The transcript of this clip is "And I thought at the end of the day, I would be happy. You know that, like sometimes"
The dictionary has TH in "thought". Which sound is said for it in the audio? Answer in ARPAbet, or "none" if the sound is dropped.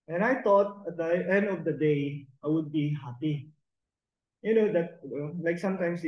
T